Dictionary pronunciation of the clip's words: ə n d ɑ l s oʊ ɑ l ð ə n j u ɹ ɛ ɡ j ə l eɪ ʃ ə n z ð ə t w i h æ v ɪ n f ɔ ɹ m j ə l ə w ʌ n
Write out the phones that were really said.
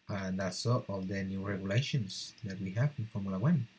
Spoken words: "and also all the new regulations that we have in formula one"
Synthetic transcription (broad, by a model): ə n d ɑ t s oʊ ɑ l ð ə n j u ɹ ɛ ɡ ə l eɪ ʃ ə n s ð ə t w i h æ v ɪ n f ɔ ɹ m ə l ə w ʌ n